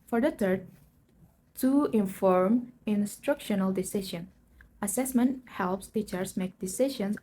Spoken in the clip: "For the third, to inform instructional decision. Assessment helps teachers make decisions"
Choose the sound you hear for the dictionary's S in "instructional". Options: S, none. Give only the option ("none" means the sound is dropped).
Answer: S